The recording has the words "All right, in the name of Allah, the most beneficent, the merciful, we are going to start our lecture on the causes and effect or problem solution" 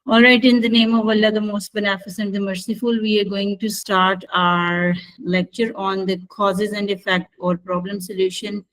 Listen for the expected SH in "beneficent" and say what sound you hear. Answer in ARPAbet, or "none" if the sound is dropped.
S